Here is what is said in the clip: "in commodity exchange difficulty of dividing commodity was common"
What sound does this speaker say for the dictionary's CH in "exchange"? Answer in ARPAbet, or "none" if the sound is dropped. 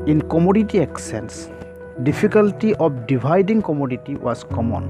none